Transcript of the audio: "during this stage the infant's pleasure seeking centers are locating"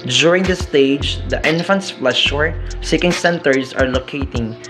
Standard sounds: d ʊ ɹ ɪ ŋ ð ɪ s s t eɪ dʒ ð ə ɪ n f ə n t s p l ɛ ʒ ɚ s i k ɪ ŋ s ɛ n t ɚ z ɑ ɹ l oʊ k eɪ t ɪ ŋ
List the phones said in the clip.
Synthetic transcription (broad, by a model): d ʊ ɹ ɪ ŋ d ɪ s s t eɪ dʒ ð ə ɪ n f ə n t s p l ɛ ʃ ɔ s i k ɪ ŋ s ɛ n t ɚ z ɑ ɹ l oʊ k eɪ t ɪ ŋ